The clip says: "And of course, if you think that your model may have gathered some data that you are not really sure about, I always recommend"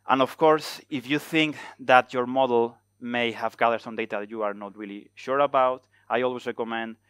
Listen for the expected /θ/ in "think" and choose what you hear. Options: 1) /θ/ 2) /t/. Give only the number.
1